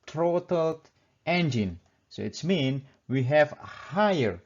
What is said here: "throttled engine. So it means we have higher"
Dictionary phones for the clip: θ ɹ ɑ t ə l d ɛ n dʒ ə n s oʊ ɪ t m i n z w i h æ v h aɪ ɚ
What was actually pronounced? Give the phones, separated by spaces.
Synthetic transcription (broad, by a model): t ɹ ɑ t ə l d ɛ n dʒ ə n s oʊ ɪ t m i n w i h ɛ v h aɪ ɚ